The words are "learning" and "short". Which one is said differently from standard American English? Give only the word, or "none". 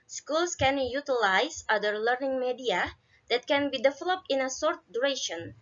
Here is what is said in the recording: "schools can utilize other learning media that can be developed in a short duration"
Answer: short